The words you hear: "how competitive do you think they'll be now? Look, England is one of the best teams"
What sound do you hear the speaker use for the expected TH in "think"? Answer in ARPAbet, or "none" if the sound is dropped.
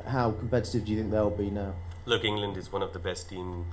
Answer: TH